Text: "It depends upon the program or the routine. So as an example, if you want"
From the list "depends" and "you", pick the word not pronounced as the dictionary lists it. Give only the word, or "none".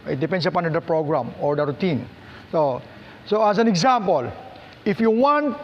depends